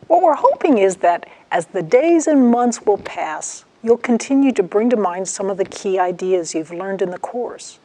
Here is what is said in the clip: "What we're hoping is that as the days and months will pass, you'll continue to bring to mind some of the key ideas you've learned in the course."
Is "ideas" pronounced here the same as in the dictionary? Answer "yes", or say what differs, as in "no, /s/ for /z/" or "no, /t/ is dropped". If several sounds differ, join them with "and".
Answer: yes